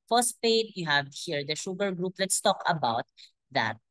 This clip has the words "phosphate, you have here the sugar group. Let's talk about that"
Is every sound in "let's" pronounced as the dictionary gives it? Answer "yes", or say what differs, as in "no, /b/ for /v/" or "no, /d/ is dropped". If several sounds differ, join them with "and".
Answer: yes